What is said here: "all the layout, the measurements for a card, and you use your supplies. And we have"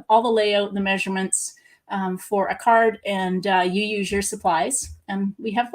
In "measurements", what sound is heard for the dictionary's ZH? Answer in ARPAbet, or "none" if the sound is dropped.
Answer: ZH